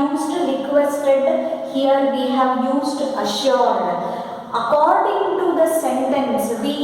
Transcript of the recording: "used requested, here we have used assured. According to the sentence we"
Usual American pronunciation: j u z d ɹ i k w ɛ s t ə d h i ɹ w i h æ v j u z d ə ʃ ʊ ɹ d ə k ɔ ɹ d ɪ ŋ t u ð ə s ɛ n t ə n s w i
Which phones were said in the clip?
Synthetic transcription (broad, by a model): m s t ɹ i k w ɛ s t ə d h i ɹ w i h æ v j u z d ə ʃ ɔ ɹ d ə k ɔ ɹ d ɪ ŋ t u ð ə s ɛ n t ə n s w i